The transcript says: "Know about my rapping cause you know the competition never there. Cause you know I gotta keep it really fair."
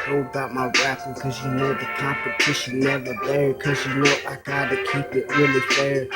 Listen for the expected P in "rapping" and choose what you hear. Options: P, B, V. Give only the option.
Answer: B